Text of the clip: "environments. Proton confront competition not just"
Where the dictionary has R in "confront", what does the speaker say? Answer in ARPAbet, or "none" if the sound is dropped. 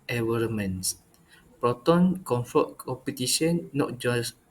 none